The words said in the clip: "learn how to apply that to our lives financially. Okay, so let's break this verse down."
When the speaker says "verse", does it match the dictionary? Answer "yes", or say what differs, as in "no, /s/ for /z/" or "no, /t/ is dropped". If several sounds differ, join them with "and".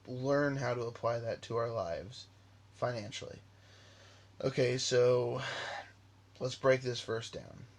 no, /f/ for /v/